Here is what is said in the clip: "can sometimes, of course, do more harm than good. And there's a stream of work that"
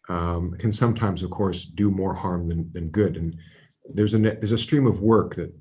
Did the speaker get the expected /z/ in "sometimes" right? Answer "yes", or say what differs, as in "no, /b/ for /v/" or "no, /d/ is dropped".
yes